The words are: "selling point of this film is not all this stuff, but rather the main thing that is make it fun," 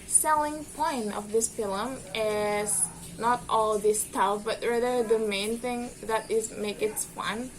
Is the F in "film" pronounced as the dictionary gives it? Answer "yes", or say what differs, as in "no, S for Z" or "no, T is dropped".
no, P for F